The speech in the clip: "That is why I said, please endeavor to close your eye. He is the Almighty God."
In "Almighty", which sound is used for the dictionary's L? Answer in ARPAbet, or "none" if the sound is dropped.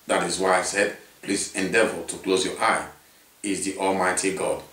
L